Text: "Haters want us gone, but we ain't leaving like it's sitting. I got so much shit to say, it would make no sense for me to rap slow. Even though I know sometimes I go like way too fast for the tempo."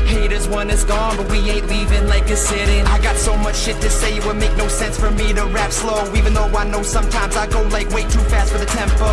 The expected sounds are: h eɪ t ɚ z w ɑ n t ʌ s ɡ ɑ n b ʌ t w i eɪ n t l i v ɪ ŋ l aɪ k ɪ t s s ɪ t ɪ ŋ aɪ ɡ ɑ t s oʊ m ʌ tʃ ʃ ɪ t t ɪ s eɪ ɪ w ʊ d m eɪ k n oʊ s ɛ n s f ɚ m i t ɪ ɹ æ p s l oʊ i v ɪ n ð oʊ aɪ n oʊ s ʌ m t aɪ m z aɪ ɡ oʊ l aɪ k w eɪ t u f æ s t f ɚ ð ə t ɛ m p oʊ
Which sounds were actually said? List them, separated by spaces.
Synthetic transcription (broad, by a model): h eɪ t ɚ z w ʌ n ɪ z ɡ ɑ n b ʌ t w i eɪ t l i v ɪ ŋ l aɪ k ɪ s s ɪ t ɪ ŋ aɪ ɡ ɑ t s oʊ m ʌ tʃ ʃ ɪ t t ɪ s eɪ ɪ w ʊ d m eɪ k n oʊ s ɛ n s f ɚ m i t ɪ ɹ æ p s l oʊ i v ɪ n ð oʊ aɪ n oʊ s ʌ m t aɪ m z aɪ ɡ oʊ l aɪ k w eɪ t u f æ s t f ɚ ð ə t ɛ m p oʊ